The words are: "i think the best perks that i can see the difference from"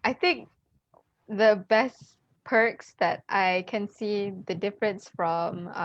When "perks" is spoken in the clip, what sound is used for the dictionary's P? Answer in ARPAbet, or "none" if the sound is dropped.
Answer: P